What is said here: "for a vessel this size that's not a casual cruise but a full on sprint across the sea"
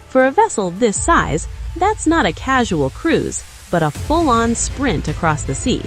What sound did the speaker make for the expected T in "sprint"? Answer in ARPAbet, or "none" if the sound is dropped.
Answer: T